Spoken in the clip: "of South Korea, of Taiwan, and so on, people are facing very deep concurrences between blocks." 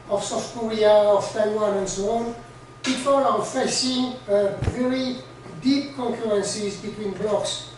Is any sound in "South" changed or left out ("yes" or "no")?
yes